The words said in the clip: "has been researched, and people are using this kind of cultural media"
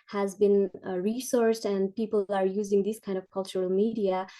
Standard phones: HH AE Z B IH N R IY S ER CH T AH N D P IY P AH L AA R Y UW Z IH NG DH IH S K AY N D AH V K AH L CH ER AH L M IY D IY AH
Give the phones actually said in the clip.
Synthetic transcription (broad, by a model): HH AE Z B IH N R IY S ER S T AH N D P IY P AH L AA R Y UW Z IH NG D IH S K AY N D AH V K AH L CH ER AH L M IY D IY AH